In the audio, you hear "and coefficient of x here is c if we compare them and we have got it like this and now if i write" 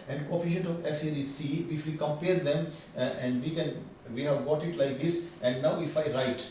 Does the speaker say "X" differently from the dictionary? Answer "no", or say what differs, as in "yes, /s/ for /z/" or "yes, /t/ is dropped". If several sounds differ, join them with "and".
yes, /k/ is dropped